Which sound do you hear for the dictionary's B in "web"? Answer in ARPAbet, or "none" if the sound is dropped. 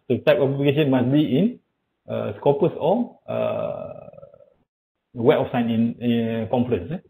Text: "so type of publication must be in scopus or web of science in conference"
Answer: none